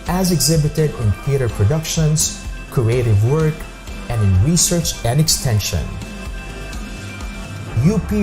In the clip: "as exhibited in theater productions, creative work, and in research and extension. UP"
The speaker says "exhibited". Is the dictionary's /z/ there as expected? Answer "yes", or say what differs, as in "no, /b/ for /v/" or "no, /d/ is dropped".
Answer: yes